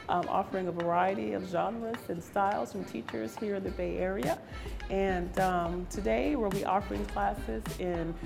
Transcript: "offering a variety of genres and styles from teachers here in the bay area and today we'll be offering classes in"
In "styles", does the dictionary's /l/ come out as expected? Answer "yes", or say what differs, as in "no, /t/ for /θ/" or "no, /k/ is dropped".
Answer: yes